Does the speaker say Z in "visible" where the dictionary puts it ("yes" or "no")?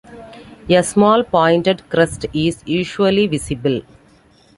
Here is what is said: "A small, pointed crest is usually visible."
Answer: no